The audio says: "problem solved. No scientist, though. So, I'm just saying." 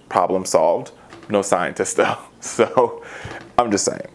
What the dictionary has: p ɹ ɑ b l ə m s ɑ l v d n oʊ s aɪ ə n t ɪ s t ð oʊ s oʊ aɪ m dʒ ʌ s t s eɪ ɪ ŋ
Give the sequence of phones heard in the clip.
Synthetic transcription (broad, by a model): p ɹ ɑ b l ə m s ɑ l v d n oʊ s aɪ ə n t ɪ s t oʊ s oʊ aɪ m dʒ ʌ s t s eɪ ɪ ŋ